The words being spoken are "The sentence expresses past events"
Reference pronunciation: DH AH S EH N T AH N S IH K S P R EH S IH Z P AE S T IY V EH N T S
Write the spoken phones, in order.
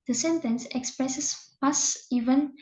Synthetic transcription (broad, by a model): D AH S EH N T AH N S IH K S P R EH S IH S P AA S IY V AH N